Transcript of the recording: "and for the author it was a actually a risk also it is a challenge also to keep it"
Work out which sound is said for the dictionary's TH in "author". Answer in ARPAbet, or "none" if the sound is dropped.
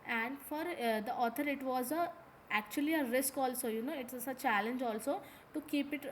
T